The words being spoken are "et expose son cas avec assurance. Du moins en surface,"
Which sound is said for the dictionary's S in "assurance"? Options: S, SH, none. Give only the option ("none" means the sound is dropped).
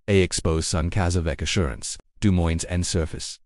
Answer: S